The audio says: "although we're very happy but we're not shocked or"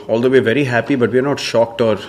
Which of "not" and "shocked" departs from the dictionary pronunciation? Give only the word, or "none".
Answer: none